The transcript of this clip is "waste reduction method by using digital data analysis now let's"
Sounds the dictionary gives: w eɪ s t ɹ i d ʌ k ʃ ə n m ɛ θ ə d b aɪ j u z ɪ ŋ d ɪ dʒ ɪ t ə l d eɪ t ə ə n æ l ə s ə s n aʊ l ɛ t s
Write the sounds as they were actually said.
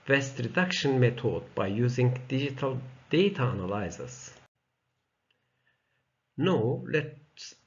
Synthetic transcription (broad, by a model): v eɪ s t ɹ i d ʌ k ʃ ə n m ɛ t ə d b aɪ j u z ɪ ŋ d ɪ dʒ ɪ t ə l d eɪ t ə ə n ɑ l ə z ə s n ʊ l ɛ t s